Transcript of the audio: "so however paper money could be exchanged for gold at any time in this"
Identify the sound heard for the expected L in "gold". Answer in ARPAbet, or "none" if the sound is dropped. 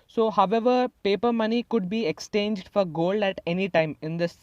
L